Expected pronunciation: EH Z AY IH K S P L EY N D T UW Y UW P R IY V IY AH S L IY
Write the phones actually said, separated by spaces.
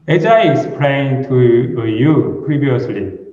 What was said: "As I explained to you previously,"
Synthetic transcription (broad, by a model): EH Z AY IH S P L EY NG T UW Y UW P R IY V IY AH S L IY